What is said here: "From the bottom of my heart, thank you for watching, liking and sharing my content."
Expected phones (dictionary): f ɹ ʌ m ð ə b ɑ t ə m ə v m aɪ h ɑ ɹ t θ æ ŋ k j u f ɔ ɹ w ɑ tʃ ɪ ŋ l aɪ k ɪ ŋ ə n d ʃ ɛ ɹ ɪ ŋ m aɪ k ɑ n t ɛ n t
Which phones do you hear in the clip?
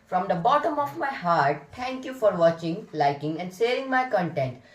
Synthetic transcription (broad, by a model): f ɹ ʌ m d ə b ɑ t ə m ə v m aɪ h ɑ ɹ t t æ ŋ k j u f ɔ ɹ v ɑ tʃ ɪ ŋ l aɪ k ɪ ŋ ə n d s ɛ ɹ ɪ ŋ m aɪ k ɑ n t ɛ n t